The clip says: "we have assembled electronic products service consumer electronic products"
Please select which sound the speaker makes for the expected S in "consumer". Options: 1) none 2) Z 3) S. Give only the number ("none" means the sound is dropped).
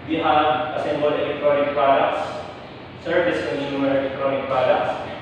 1